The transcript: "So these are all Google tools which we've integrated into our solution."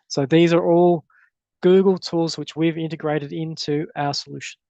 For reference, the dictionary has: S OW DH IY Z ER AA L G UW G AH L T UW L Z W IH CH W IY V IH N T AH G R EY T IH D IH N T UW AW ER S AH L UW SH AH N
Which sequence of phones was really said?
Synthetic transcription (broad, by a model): S OW DH IY Z ER AA L G UW G AH L T UW L Z W IH CH W IY V IH N T AH G R EY T IH D IH N T UW AW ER S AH L UW SH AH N